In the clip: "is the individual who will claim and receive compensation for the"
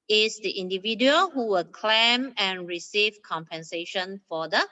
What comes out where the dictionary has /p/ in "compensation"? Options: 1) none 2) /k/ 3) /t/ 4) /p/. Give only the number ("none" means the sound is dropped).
4